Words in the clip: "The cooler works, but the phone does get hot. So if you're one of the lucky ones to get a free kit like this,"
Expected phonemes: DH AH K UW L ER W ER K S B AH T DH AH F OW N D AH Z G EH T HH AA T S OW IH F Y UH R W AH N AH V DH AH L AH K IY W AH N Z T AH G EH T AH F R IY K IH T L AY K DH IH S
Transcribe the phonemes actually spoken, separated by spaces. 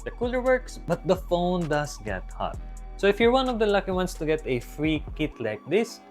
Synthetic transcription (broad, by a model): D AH K UW L ER W ER K S B AH T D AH F OW N D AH S G EH T HH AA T S OW IH F Y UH R W AH N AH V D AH L AH K IY W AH N S T AH G EH T AH F R IY K IH T L AY K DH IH S